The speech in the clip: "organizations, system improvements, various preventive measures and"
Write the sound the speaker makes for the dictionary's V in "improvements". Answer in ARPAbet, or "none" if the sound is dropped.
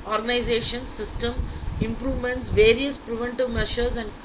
V